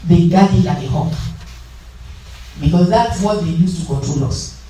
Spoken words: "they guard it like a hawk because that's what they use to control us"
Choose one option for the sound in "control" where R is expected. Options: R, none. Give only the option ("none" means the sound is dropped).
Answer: none